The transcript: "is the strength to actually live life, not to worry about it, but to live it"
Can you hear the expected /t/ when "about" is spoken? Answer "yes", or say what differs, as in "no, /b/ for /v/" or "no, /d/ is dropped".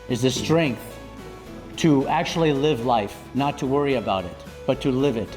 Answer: yes